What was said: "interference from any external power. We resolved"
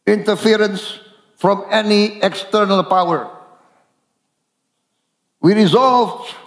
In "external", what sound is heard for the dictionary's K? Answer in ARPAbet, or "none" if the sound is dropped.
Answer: K